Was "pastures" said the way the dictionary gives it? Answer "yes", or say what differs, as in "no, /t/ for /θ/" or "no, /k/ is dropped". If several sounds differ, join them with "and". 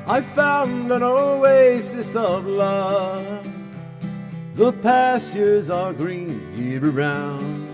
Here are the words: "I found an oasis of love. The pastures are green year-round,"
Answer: yes